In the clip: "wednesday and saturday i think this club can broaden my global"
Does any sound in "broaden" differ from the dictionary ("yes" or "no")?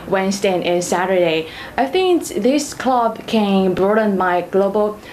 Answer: no